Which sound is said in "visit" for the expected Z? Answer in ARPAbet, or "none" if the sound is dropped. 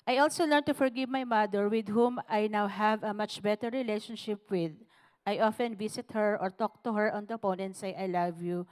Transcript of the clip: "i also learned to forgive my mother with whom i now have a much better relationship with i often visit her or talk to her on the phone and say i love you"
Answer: S